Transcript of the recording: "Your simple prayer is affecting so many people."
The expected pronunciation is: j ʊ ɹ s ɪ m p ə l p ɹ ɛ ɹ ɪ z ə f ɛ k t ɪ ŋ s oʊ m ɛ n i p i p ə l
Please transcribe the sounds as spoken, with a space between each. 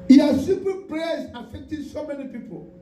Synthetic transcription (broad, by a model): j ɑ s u p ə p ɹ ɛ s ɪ f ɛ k t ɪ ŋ s oʊ m ɛ n i p i p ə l